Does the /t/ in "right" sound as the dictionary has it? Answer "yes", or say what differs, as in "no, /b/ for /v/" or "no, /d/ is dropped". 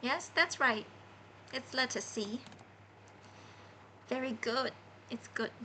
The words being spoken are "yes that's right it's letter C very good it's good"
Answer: yes